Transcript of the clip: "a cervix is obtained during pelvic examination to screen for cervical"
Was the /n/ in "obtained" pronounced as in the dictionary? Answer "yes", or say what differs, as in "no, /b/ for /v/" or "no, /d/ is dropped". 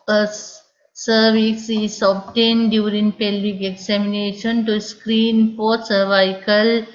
yes